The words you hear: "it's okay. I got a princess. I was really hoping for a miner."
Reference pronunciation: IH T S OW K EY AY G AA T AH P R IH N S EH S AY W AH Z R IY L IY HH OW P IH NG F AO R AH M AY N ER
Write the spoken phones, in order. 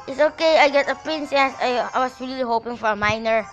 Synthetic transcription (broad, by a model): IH T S OW K EY AY G AA T AH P R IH N S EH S AY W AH S R IY L IY HH OW P IH NG F AO R AH M AY N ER